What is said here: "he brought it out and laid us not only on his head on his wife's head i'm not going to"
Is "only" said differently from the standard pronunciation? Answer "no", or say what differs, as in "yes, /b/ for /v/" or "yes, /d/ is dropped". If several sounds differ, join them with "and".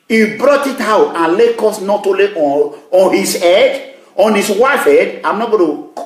yes, /n/ is dropped